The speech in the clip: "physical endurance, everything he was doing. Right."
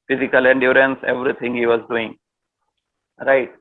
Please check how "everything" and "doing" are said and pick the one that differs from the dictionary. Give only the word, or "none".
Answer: everything